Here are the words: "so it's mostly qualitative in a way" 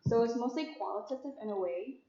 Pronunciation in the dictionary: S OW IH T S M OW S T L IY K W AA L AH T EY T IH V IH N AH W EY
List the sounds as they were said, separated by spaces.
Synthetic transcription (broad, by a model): S OW IH T S M OW S T L IY K W AA L AH T EY T IH V IH N AH W EY